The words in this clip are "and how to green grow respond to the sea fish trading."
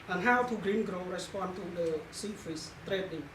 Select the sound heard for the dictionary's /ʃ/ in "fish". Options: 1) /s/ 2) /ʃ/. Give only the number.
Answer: 1